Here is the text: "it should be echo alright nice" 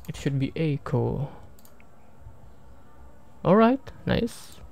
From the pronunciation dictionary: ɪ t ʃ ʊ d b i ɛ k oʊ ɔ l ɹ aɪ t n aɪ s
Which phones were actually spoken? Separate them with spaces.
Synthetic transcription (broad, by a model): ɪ t ʃ ʊ d b i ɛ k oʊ ɔ l ɹ aɪ t n aɪ s